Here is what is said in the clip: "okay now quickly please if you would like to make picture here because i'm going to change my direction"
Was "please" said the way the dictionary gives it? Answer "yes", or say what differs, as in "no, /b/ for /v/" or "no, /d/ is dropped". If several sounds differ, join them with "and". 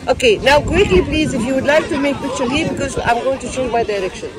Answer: yes